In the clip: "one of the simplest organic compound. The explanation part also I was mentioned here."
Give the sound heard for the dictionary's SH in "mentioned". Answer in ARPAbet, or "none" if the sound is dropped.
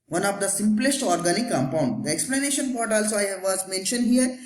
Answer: SH